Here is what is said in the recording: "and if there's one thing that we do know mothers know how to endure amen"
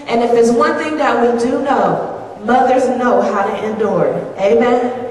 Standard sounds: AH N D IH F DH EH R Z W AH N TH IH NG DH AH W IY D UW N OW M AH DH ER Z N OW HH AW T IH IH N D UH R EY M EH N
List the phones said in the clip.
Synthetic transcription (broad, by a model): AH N IH F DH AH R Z W AH N TH IH NG DH AH W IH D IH N OW M AH DH ER Z N OW HH AW T IH IH N D UH R EY M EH N